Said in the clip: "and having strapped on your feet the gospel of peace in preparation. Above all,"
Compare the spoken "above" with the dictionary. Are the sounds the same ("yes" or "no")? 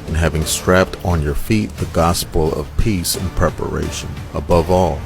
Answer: yes